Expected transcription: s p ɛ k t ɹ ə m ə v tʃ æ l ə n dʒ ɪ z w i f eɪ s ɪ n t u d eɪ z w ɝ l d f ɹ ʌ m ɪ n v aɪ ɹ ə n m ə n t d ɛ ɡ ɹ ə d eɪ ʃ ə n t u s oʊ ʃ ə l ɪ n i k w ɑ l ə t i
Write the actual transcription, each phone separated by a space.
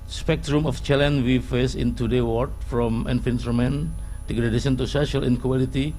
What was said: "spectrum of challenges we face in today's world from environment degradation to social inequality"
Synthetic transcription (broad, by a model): s p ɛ k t ɹ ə m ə f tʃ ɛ l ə n w i f eɪ s ɪ n t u d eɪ w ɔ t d f ɹ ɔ m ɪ n f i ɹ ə m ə n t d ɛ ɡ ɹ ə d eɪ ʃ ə n t u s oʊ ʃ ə l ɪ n k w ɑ l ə t i